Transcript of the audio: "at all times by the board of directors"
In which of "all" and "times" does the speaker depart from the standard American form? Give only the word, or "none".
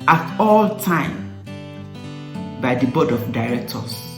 times